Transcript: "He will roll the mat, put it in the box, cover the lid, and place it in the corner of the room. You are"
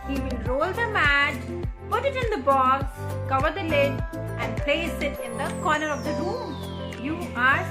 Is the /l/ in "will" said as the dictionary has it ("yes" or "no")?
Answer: no